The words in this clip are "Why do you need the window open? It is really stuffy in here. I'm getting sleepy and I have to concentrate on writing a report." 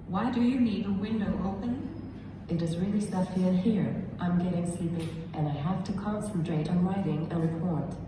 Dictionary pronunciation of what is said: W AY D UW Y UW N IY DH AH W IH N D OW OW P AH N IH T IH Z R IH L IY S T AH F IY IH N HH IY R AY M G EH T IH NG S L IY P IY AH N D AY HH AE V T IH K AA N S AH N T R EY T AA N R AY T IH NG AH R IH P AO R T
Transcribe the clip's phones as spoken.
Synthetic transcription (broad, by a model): W AY D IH Y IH N IY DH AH W IH N D OW OW P AH N IH T IH Z R IH L IY S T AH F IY IH N HH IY R AY M G EH T IH NG S L IY P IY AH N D AY HH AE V T IH K AA N S AH N T R EY T N R AY T IH NG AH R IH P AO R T